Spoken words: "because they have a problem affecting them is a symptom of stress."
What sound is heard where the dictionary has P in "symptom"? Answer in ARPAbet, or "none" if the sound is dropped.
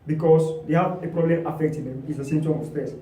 none